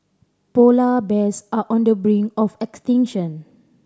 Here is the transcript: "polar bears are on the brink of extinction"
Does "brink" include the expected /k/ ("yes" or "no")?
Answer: no